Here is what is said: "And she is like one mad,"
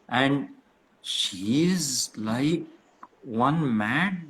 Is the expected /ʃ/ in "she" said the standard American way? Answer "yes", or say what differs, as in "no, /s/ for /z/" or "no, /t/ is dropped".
yes